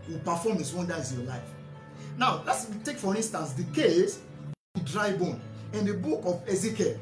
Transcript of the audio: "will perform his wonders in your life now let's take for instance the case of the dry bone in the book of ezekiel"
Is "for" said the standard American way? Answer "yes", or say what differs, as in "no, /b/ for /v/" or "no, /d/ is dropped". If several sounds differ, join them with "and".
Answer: yes